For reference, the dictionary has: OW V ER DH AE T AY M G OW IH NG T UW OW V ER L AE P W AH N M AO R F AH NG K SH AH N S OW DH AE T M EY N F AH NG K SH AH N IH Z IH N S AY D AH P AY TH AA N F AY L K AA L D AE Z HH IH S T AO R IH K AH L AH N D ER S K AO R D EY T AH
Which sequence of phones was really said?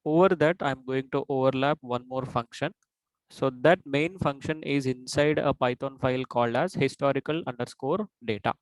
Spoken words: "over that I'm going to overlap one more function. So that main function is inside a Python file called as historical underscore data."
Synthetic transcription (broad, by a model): OW V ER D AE T AY M G OW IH NG T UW OW V ER L AE P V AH N M AO R F AH NG K SH AH N S OW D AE T M EY N F AH NG K SH AH N IH Z IH N S AY D AH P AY T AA N F AY L K AA L D AE Z HH IH S T AO R IH K AH L AH N D ER S K AO R D EY T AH